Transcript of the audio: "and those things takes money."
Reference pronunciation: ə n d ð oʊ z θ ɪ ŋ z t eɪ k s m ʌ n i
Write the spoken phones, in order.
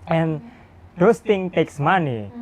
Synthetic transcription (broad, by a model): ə n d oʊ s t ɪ ŋ t eɪ k s m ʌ n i